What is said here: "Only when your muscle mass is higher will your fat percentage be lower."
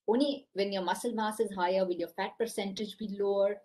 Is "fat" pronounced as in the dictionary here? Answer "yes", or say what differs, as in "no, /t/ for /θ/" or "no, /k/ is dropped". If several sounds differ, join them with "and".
yes